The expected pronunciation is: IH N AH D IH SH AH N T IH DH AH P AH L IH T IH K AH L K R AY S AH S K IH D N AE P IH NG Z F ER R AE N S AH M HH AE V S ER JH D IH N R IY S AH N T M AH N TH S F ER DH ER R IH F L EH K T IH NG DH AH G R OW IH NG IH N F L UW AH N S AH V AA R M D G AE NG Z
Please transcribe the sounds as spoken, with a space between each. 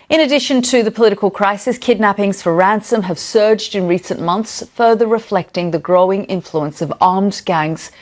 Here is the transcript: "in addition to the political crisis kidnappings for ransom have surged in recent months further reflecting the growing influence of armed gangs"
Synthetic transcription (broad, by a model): IH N AH D IH SH AH N T IH DH AH P AH L IH T IH K AH L K R AY S AH S K IH D N AE P IH NG Z F ER R AE N S AH M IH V S ER JH D IH N R IY S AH N M AH N TH S F ER DH ER R IH F L EH K T IH NG DH AH G R OW IH NG IH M F L UW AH N S AH V AA R M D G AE NG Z